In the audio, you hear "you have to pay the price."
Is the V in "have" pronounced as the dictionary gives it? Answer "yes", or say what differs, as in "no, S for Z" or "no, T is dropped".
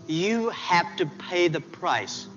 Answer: no, F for V